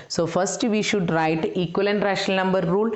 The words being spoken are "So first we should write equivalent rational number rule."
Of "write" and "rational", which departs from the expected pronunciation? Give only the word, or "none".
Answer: rational